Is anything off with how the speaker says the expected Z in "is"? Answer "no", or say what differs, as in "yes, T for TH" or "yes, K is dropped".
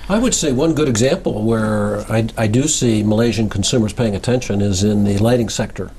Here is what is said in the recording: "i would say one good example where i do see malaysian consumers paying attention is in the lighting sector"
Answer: no